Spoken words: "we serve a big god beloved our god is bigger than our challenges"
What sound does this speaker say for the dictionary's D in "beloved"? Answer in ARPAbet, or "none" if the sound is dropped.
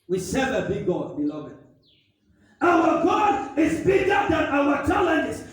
none